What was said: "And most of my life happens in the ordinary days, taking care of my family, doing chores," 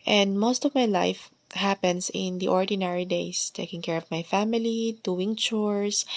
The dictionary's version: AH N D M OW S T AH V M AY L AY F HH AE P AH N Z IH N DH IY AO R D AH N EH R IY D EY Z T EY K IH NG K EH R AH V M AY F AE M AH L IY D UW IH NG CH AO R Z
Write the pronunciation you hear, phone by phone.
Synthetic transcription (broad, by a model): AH N D M OW S T AH V M AY L AY F HH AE P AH N S IH N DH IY AO R D AH N EH R IY D EY S T EY K IH NG K EH R AH V M AY F AE M AH L IY D UW IH NG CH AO R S